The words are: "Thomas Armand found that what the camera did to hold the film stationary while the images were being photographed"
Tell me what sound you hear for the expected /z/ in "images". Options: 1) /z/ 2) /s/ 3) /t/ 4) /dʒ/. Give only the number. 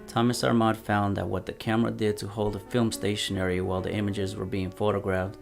1